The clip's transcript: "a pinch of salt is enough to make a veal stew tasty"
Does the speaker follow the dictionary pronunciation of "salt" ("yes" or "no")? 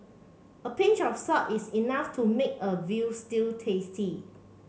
no